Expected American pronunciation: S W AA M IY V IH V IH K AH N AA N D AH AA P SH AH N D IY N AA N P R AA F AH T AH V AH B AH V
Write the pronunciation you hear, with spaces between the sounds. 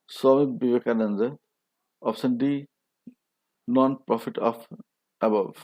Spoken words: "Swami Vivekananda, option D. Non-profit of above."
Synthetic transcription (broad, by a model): S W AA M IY B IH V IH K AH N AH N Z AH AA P S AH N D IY N AA N P R AA F AH T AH F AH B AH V